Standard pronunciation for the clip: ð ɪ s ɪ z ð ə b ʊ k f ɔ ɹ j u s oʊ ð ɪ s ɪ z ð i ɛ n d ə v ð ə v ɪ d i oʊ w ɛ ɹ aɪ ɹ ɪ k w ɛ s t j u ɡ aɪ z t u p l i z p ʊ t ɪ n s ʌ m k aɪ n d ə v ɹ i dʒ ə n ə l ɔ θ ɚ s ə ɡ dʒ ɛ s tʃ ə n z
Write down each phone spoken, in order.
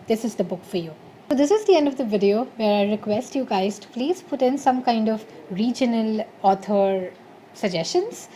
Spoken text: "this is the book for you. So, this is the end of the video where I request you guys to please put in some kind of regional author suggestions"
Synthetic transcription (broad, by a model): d ɪ s ɪ z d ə b ʊ k f ɔ ɹ j u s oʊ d ɪ s ɪ z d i ɛ n d ə v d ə v ɪ d i oʊ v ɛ ɹ aɪ ɹ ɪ k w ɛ s t j u ɡ aɪ z t u p l i z p ʊ t ɪ n s ʌ m k aɪ n d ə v ɹ i dʒ ə n ə l ɔ t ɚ s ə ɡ dʒ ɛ s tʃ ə n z